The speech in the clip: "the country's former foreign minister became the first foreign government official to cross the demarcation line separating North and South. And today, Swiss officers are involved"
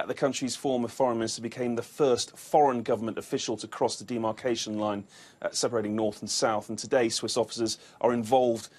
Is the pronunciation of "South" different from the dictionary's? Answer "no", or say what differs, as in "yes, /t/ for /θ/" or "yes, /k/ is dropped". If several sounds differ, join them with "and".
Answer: no